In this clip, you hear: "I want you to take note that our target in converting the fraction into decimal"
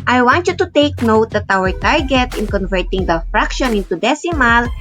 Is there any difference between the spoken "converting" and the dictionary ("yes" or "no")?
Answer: no